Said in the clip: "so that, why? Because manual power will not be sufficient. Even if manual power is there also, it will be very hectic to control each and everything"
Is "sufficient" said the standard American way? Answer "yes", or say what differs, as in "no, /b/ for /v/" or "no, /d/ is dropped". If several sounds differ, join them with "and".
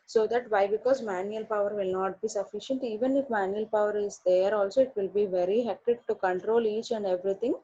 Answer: yes